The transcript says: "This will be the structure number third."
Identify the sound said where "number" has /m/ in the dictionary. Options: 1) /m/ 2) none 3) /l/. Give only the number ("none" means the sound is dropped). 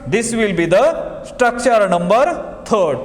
1